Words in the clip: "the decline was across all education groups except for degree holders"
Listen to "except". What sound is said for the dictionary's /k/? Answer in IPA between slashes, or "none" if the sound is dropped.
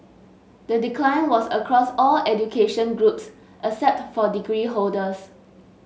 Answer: none